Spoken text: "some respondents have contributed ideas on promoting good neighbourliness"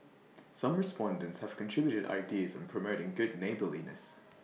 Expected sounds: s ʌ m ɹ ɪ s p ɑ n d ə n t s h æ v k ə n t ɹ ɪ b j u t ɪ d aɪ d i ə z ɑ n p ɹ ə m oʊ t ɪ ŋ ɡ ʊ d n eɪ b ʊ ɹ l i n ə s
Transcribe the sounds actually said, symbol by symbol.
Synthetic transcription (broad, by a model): s ʌ m ɹ ɪ s p ɑ n d ə n t s h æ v k ə n t ɹ ɪ b j u t ɪ d aɪ d i ə z n p ɹ ə m oʊ t ɪ ŋ ɡ ʊ d n eɪ b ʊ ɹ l i n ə s